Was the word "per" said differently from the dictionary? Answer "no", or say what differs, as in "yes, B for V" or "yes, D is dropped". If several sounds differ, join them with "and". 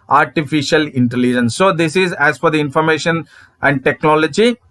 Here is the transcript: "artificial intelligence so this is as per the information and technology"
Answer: yes, F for P